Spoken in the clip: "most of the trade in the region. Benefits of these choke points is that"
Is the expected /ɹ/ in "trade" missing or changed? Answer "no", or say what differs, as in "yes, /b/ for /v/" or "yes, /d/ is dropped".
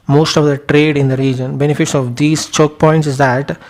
no